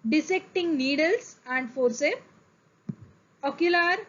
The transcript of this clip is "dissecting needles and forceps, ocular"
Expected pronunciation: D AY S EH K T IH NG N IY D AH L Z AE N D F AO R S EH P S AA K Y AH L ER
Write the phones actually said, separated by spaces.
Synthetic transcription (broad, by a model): D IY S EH K T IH NG N IY D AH L S AE N D F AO R S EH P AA K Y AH L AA